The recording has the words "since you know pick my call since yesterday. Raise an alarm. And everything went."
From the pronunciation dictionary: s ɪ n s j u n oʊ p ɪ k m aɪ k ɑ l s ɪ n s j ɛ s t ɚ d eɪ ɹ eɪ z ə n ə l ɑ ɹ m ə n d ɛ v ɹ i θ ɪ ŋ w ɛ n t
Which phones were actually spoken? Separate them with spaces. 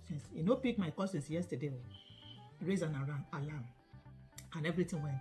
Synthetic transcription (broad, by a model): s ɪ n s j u n oʊ p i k m aɪ k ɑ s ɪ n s j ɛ s t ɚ d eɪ ɹ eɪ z ə n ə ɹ ɑ l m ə n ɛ v ɹ i t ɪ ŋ w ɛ n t